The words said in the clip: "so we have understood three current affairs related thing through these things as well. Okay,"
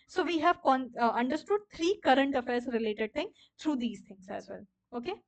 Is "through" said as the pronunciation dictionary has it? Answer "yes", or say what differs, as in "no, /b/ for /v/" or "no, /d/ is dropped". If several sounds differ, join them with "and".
no, /t/ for /θ/